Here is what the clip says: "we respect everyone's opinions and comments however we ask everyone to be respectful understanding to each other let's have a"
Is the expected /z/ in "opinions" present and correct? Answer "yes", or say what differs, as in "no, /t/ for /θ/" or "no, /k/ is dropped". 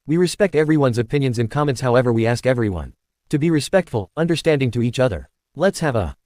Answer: yes